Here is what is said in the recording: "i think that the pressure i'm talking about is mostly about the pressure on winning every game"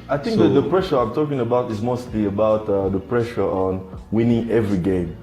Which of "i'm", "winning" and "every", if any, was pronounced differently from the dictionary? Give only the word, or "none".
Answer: none